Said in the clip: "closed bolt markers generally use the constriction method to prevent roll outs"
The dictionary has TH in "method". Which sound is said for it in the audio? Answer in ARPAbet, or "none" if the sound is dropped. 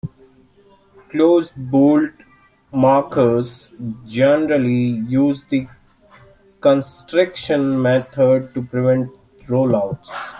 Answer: T